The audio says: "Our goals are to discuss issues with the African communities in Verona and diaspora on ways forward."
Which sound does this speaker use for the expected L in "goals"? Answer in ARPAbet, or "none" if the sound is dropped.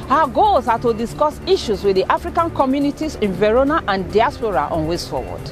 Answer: none